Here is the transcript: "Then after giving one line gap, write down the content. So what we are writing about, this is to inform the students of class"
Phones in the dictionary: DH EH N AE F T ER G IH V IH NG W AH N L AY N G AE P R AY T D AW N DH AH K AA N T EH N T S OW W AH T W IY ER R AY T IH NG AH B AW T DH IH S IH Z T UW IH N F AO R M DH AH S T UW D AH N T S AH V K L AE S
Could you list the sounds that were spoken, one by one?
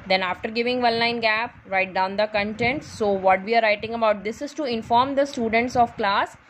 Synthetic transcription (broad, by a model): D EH N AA F T ER G IH V IH NG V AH L L AY N G AE P R AY T D AW N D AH K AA N T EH N T S OW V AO T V IY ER R AY T IH NG AH B AW T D IH S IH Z T UW IH N F AO R M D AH S T UW D AH N T S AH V K L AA S